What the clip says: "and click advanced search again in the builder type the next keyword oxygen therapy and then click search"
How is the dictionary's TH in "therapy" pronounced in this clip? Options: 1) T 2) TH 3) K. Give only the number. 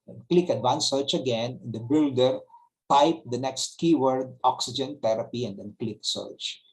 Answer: 1